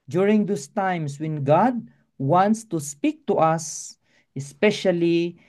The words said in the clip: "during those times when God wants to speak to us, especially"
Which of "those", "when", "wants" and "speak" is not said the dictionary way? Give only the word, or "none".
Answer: those